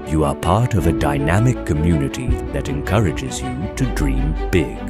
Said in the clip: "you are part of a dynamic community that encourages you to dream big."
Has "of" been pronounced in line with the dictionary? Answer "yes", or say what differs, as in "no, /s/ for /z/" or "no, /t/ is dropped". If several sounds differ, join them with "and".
yes